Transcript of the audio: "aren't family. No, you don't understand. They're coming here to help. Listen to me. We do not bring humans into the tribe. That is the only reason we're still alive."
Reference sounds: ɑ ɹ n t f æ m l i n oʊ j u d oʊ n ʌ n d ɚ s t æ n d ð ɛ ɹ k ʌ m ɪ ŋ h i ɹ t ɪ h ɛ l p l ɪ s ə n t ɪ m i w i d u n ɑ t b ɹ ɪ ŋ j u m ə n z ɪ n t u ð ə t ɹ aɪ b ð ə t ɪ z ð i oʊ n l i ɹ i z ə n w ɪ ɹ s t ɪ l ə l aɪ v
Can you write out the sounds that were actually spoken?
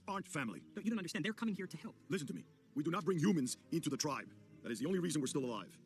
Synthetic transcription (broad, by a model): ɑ ɹ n t f æ m l i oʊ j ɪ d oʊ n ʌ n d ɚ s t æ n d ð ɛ ɹ k ʌ m ɪ ŋ h i ɹ t ɪ h ɛ l p l ɪ s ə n t ɪ m i w i d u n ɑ t b ɹ ɪ ŋ j u m ə n z ɪ n t u ð ə t ɹ aɪ b ð ə t ɪ z ð i oʊ n l i ɹ i z ə n w ɪ ɹ s t ɪ l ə l aɪ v